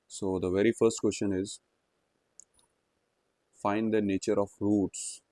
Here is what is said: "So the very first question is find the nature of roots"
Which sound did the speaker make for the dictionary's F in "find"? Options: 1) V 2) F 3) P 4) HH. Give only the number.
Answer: 2